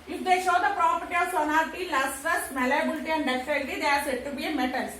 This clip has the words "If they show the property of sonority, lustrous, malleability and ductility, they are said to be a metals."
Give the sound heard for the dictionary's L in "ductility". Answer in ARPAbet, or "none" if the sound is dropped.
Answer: N